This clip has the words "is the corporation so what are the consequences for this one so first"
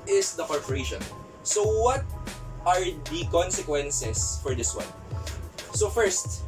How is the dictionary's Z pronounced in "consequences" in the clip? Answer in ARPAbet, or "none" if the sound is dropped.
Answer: S